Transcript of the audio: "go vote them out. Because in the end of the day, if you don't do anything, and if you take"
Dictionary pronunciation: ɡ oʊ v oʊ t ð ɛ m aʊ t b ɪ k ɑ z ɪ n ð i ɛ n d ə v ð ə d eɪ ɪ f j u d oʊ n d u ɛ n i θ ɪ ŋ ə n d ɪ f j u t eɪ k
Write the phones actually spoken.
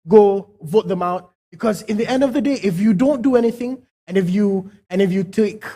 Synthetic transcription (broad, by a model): ɡ oʊ v oʊ t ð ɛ m aʊ t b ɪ k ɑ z ɪ n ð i ɛ n d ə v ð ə d eɪ ɪ f j u d oʊ n d u ɛ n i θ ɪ ŋ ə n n ɪ f j u t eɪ k